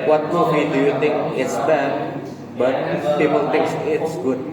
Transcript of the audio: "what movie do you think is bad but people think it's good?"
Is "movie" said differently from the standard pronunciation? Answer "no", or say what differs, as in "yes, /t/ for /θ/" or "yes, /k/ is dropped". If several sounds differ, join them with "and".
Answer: yes, /w/ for /v/